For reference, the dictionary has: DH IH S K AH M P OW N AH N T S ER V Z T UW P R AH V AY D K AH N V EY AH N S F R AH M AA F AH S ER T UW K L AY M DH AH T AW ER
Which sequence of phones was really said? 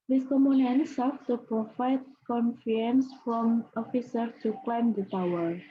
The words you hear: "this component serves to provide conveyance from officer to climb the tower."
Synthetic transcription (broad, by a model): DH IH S K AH M OW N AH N S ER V T UW P R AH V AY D K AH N F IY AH N S F R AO M AA F AH S ER T UW K L AY M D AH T AW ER